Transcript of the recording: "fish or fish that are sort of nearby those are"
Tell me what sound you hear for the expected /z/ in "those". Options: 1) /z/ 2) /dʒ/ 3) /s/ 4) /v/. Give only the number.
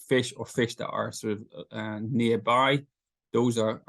1